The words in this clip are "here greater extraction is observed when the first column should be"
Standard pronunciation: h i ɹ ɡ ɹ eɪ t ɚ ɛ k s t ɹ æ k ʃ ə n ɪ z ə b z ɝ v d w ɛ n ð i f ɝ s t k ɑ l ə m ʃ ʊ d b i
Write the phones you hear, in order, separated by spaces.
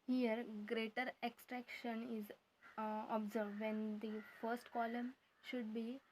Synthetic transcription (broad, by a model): h i ɹ ɡ ɹ eɪ t ɚ ɛ k s t ɹ æ k ʃ ə n ɪ z ə b z ɝ v d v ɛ n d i f ɝ s t k ɑ l ə m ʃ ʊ d b i